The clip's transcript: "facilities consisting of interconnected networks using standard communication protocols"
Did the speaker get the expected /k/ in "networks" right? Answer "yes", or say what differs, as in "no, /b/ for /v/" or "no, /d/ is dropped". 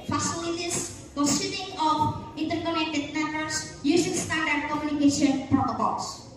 no, /k/ is dropped